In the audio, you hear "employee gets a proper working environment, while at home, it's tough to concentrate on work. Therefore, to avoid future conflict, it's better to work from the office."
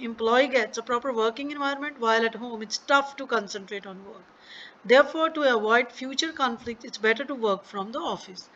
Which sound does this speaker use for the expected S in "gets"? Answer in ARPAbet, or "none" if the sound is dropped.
S